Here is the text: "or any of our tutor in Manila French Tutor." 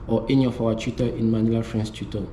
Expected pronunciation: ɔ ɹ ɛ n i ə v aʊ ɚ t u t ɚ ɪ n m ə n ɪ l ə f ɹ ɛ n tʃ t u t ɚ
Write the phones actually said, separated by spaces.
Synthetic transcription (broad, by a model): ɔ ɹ ɛ n i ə f aʊ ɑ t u t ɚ ɪ n m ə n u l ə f ɹ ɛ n s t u t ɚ